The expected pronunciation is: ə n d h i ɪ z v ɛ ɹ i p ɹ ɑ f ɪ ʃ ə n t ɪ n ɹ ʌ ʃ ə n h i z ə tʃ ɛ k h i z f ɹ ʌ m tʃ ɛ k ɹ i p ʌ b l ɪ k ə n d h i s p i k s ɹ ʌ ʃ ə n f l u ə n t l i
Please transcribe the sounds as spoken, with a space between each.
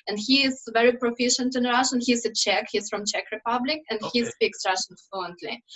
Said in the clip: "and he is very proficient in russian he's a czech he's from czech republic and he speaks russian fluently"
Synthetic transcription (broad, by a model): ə n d h i ɪ z v ɛ ɹ i p ɹ ɑ f ɪ ʃ ə n t ɪ n ɹ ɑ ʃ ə n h i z ə tʃ ɛ k h i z f ɹ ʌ m tʃ ɛ k ɹ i p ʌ b l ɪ k ə n d h i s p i k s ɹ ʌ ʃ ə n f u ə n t l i